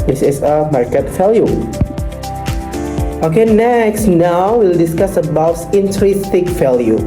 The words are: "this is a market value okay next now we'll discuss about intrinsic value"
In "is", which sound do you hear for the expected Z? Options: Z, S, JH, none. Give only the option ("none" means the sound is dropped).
S